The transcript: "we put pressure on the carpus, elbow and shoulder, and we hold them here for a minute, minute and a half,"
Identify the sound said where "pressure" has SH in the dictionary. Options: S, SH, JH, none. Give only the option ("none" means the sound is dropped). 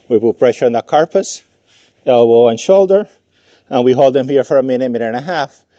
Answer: SH